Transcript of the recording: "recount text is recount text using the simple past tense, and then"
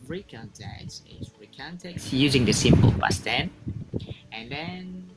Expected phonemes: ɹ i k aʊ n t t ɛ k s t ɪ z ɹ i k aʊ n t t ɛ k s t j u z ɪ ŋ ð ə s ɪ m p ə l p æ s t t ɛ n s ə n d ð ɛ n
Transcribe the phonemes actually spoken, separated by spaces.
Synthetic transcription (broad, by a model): ɹ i k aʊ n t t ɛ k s ɪ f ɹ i k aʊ n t t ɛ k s j u z ɪ ŋ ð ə s ɪ m p ə l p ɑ s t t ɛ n ə n d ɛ n